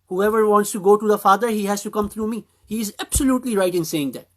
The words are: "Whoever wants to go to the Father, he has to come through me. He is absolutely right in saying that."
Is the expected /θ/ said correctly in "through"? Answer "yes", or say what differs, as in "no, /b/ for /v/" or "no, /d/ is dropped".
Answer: no, /t/ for /θ/